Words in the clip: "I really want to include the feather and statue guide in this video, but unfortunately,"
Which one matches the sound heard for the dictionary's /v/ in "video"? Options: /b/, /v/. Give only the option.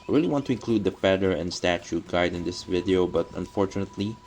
/v/